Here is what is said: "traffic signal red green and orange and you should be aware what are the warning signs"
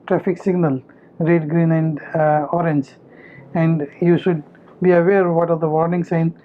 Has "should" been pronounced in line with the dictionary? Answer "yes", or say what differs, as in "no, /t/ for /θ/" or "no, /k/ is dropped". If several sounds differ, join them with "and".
yes